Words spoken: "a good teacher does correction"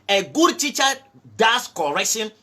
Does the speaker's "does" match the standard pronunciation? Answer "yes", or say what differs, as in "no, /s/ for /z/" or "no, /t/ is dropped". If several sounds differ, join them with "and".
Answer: no, /s/ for /z/